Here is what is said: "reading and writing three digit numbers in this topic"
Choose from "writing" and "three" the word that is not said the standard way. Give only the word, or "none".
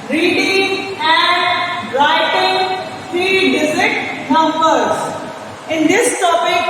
three